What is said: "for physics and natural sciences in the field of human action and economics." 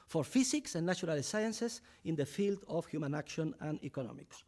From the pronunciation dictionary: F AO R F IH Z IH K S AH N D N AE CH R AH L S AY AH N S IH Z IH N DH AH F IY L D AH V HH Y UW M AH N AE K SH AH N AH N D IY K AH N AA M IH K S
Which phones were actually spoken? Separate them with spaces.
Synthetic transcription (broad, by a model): F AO R F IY S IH K S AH N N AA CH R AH L S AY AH N S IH S IH N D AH F IY L D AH F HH Y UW M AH N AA K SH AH N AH N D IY K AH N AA M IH K S